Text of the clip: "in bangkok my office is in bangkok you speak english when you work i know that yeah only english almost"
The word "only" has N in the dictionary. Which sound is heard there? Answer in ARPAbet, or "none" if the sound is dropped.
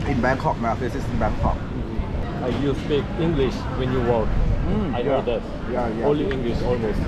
none